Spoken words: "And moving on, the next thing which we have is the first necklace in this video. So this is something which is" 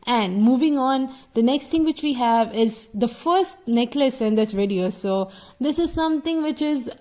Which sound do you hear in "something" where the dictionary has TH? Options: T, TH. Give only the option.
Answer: T